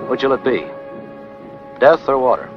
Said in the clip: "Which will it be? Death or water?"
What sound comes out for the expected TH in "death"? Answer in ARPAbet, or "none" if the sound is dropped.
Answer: TH